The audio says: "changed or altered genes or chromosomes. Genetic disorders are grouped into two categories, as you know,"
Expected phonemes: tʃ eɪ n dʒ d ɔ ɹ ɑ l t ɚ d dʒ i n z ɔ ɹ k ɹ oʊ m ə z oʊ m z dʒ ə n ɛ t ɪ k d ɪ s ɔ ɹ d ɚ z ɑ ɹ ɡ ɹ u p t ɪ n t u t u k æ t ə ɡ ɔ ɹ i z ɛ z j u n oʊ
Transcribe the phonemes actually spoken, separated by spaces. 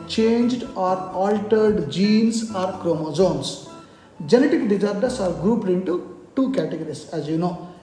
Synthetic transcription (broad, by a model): tʃ eɪ n dʒ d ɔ ɹ ɑ l t ɚ d dʒ i n s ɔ ɹ k ɹ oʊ m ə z oʊ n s dʒ ə n ɛ t ɪ k d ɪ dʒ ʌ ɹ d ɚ s ɑ ɹ ɡ ɹ u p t ɪ n t u t u k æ t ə ɡ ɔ ɹ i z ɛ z j u n oʊ